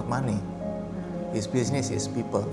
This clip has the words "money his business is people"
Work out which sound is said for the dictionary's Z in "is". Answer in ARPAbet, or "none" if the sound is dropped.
S